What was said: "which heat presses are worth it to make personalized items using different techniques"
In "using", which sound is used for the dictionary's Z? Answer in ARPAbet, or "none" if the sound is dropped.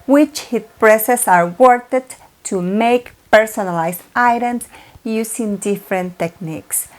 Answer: S